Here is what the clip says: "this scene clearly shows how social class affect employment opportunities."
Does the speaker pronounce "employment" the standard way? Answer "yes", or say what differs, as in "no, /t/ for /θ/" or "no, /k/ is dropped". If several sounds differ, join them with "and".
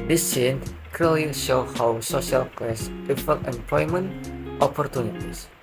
yes